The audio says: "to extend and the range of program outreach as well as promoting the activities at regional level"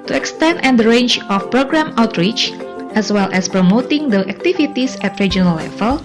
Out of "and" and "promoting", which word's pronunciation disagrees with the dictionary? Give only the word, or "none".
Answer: none